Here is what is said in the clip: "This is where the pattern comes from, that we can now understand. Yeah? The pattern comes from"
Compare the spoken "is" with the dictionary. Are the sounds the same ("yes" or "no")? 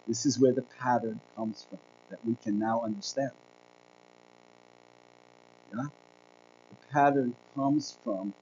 yes